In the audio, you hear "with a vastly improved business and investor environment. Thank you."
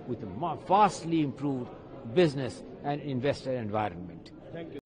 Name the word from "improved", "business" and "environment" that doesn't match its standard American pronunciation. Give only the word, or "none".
none